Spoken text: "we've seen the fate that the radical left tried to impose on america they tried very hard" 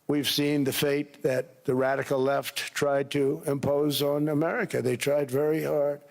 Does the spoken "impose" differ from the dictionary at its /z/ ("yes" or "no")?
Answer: no